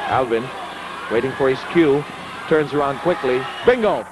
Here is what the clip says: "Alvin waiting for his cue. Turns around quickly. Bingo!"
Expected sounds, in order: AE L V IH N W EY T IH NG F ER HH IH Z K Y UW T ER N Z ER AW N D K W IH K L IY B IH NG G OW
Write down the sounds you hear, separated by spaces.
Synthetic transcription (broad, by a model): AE L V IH N W EY T IH NG F ER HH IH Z K Y UW T ER N Z ER AW N D K W IH K L IY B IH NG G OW